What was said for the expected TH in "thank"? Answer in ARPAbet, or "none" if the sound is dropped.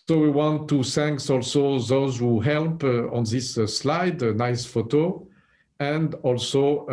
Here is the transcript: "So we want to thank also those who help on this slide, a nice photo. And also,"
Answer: S